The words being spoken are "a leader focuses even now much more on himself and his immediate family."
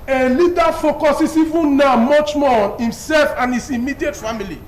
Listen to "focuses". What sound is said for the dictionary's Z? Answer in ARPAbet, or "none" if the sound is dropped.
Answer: S